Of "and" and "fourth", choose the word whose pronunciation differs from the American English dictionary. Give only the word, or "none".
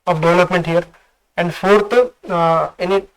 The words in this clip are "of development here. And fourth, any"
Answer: fourth